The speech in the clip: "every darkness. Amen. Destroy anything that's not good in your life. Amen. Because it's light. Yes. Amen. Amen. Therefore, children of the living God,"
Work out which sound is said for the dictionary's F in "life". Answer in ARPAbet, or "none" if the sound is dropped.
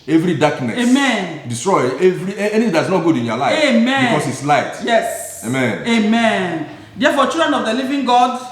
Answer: none